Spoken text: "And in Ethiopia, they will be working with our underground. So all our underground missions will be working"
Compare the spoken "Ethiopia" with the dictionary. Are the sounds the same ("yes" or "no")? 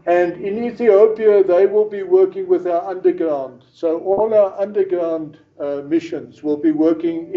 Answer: yes